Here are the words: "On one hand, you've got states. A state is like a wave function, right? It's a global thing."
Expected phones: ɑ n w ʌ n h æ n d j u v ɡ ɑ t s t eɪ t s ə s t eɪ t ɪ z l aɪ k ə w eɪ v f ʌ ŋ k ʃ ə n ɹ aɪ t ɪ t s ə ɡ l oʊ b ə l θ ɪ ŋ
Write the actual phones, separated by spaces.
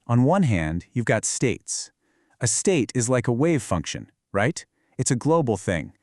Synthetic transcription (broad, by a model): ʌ n w ʌ n h æ n d j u v ɡ ɑ t s t eɪ t s ə s t eɪ t ɪ z l aɪ k ə w eɪ v f ʌ ŋ k ʃ ə n ɹ aɪ t ɪ t s ə ɡ l oʊ b l θ ɪ ŋ